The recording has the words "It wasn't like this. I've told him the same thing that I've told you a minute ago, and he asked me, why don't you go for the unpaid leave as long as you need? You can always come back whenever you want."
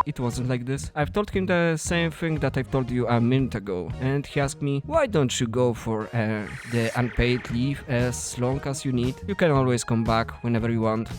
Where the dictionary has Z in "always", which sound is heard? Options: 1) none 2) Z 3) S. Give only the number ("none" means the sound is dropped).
3